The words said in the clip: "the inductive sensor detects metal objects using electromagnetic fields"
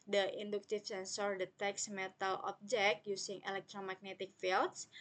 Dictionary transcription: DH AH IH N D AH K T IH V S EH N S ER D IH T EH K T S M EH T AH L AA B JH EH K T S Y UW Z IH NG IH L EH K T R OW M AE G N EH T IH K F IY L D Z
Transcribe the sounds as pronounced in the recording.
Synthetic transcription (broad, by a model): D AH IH N D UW K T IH F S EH N S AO D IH T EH K S M EH T AH L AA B JH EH K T Y UW S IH NG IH L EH K T R OW M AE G N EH T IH K F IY L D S